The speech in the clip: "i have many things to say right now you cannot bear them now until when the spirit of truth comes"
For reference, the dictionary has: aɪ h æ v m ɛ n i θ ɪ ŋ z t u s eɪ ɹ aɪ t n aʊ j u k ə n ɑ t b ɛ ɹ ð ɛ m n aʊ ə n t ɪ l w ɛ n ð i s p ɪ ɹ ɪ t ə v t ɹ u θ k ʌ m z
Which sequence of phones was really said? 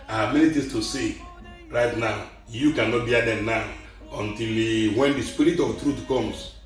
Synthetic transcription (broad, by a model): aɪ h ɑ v m ɛ n i t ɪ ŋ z t u s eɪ ɹ aɪ t n aʊ j u k ə n ɑ t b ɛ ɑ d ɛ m n aʊ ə n t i l w ɛ n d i s p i ɹ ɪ t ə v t ɹ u t k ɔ m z